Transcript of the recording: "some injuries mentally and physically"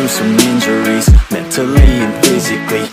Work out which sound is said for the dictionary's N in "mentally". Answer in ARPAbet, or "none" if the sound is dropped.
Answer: none